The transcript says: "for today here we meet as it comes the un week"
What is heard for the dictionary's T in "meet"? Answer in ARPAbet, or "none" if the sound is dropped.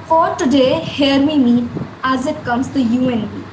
none